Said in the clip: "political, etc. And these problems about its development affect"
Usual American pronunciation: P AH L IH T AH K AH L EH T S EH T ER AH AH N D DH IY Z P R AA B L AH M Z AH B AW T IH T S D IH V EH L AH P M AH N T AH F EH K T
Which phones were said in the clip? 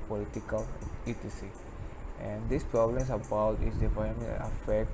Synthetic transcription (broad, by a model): P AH L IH T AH K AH L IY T IY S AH AH N D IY S P R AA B L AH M S AH B AW T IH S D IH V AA AH M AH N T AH F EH K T